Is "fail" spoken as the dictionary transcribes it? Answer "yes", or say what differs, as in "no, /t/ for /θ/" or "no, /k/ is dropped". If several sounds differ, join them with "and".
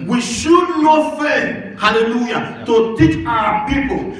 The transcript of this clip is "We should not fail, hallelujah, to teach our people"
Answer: no, /n/ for /l/